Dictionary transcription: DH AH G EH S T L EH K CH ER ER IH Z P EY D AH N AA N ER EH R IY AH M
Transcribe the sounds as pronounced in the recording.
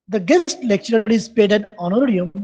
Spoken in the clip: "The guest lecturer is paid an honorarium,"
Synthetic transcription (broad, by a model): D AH G EH S T L EH K CH ER ER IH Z P EY D AH N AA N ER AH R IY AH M